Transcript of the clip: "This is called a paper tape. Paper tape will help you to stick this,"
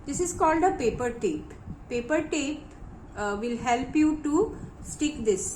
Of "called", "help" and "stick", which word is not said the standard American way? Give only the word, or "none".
none